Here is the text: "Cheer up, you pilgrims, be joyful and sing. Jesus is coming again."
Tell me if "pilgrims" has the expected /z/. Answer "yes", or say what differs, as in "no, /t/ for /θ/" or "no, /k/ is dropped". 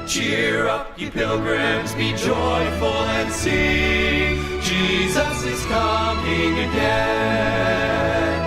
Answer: yes